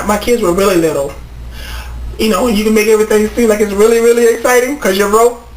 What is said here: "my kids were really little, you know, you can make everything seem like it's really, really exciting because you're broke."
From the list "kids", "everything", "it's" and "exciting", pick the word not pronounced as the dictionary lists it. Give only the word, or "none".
none